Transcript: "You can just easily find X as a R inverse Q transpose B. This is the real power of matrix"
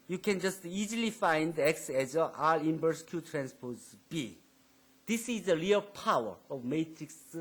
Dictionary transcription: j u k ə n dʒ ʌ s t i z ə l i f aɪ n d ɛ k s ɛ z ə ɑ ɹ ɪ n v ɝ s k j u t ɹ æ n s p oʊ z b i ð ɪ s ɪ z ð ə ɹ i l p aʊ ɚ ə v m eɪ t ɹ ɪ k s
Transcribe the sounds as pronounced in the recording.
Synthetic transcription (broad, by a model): j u k ə n dʒ ʌ s t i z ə l i f aɪ n d ɛ k s ɛ z ə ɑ l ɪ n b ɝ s k j u t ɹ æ n s p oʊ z b i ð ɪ s ɪ z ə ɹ i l p aʊ ɚ ə v m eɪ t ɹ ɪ k s